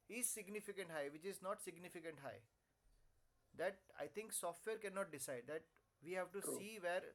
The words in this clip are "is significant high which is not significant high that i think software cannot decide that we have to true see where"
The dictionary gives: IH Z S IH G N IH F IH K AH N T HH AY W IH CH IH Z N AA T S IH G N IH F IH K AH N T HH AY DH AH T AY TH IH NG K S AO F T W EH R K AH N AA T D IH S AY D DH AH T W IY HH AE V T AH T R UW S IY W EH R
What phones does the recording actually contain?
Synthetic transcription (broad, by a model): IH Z S IH G N IH F IH K AH N T HH AY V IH CH IH Z N AA T S IH G N IH F IH K AH N T HH AY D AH T AY T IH NG K S AO F T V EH R K AH N AA T D IH S AY D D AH T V IY HH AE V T T UW S IY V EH R